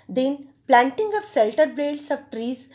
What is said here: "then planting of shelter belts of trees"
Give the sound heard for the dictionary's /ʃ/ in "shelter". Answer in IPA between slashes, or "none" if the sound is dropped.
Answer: /s/